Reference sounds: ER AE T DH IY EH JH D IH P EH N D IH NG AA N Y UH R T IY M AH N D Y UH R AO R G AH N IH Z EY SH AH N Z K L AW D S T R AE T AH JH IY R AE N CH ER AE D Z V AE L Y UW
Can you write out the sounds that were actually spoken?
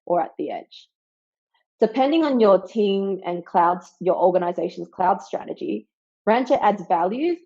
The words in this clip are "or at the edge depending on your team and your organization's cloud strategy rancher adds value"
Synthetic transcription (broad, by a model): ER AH T DH IY EH JH D IH P EH N D IH NG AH N Y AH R T IY M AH N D Y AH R AO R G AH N IH Z EY SH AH N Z K L AW D S T R AE T AH JH IY R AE N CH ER AE D Z V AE L Y UW